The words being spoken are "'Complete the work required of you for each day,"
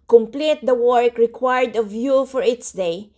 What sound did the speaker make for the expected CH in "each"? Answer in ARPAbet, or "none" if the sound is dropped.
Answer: S